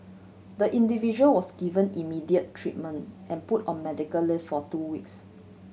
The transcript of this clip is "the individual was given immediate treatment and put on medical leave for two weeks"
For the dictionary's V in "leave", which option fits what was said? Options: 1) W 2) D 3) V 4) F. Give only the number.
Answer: 4